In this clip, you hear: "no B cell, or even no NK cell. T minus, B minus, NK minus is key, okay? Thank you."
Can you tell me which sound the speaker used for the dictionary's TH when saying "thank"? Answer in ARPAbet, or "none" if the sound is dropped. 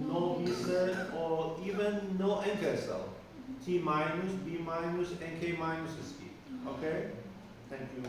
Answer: T